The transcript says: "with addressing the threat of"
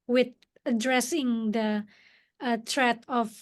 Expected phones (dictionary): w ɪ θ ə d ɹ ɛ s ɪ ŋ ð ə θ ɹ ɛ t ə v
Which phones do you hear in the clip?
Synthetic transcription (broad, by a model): w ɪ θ ə d ɹ ɛ s ɪ ŋ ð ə t ɹ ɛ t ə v